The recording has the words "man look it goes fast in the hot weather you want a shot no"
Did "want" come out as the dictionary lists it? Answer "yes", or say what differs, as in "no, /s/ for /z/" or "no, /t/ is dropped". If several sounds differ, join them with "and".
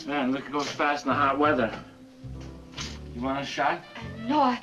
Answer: no, /t/ is dropped